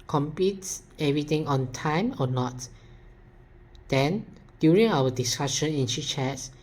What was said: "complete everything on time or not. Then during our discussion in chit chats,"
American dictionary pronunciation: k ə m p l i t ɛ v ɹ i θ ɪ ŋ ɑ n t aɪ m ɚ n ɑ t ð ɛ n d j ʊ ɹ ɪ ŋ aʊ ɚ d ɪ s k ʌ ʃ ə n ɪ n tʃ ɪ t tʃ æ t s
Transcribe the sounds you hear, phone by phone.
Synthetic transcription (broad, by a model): k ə m p i t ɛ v ɹ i t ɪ ŋ ɑ n t aɪ m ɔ n ɑ t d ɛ n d j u ɹ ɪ ŋ aʊ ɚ d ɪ s k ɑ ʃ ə n ɪ n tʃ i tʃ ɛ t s